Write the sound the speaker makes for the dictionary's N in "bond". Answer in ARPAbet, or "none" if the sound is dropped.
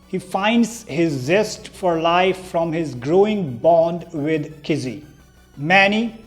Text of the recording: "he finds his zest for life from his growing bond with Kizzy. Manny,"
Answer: N